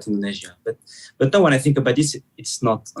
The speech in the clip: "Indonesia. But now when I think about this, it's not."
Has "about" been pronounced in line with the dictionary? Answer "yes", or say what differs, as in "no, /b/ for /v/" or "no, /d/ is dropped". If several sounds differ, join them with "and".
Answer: yes